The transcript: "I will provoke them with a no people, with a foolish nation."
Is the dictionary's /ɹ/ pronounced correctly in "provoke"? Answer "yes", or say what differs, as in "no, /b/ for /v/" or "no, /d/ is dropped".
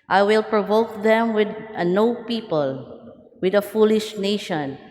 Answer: yes